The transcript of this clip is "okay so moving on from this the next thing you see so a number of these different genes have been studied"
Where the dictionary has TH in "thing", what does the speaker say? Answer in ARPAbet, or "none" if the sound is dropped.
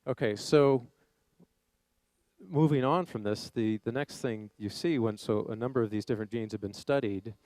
TH